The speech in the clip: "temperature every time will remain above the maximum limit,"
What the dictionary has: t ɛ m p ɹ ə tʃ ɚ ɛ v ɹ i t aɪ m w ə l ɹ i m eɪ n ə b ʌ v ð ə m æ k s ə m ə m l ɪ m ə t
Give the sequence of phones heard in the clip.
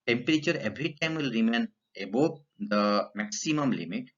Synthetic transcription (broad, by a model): t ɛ m p ɹ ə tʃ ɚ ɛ b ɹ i t aɪ m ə l ɹ i m eɪ n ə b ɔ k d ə m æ k s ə m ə m l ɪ m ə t